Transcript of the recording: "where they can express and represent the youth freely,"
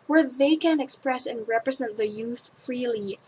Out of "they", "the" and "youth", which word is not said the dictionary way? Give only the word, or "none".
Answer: none